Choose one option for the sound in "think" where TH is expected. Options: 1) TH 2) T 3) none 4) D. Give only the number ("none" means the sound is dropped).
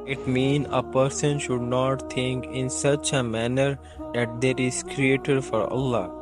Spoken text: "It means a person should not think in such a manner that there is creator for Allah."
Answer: 2